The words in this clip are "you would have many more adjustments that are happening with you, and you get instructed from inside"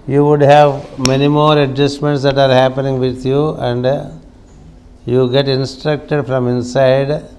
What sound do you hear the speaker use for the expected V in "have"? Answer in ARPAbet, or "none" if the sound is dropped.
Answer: V